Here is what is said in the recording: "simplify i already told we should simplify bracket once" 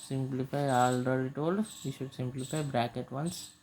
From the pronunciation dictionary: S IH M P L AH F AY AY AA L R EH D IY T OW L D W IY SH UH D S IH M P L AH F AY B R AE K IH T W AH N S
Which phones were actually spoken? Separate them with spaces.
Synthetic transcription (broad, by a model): S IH M P L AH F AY AY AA L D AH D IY T OW L D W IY SH UH D S IH M P L AH F AY B R AE K IH T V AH N S